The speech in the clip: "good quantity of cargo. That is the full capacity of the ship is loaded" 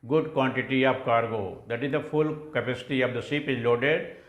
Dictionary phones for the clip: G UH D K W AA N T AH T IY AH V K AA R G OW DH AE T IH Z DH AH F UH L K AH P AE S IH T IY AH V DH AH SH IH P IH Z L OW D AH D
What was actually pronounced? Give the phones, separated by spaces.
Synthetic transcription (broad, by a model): G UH D K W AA N T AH T IY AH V K AA R G OW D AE T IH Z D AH F UH L K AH P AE S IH T IY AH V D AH S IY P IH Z L OW D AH D